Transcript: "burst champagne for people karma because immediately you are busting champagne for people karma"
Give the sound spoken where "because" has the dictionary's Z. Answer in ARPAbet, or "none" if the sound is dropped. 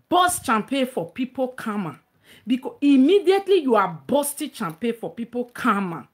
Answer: none